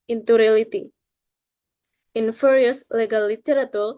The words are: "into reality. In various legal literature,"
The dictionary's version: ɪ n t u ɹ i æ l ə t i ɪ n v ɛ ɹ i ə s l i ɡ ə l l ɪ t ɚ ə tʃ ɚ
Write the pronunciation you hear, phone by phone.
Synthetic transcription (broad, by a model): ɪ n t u ɹ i l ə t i ɪ n f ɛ ɹ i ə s l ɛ ɡ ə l l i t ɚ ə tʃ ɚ